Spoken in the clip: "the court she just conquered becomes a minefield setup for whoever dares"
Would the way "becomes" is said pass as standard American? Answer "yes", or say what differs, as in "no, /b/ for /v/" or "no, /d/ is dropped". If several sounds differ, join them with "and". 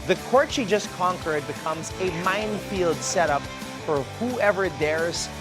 yes